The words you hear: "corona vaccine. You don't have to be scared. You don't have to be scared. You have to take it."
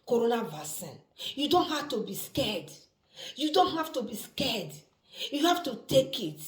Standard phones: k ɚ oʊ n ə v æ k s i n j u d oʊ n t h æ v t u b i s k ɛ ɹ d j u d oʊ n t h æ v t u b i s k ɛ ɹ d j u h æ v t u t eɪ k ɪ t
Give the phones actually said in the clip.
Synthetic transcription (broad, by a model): k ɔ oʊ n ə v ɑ s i n j u d oʊ n t h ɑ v t u b i s k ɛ d j u d oʊ n t h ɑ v t u b i s k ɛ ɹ d j u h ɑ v t u t eɪ k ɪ t